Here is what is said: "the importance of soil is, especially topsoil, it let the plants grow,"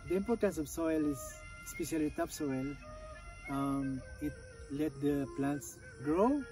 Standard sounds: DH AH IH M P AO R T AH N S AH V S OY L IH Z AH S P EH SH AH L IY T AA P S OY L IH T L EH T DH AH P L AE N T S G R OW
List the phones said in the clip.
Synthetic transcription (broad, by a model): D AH IH M P AO R T AH N S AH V S OY L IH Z S P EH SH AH L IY T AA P S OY L IH T L EH T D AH P L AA N T S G R OW